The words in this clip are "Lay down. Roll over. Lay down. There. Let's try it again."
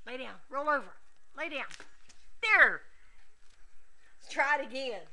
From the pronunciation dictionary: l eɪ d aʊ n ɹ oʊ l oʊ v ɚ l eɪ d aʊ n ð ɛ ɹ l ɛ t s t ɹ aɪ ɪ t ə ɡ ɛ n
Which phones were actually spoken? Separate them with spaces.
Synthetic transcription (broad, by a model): l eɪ d aʊ n ɹ oʊ l oʊ v ɚ l eɪ d aʊ n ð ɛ ɹ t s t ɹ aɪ ɪ t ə ɡ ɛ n